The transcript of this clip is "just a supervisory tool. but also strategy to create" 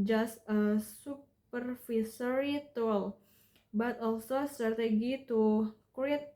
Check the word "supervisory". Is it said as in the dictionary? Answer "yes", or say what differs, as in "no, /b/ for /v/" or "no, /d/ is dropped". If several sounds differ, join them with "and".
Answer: no, /f/ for /v/ and /s/ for /z/